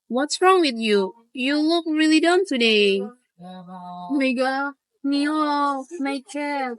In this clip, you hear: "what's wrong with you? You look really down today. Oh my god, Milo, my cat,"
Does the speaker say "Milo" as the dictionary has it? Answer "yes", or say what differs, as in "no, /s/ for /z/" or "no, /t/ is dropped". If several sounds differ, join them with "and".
no, /l/ is dropped